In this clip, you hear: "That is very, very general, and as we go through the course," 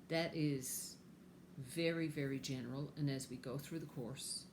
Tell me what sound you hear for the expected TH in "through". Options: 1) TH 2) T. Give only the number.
1